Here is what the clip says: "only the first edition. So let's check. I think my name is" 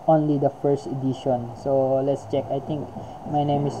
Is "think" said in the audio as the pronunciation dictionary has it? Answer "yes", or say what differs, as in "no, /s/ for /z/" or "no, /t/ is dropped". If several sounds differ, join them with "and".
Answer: no, /t/ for /θ/